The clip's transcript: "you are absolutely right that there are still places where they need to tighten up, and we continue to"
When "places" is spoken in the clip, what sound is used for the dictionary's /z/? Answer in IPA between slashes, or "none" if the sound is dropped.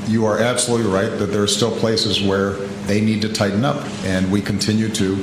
/z/